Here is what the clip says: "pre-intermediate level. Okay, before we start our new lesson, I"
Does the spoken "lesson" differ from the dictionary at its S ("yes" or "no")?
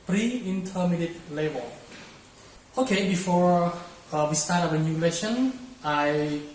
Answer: yes